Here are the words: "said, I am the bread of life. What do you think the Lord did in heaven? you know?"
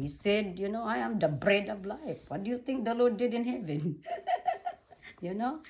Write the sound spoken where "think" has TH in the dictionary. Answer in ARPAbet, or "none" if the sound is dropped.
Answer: T